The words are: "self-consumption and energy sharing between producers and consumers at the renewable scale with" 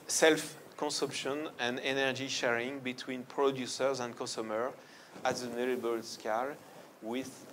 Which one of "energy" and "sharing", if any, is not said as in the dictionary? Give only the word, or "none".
none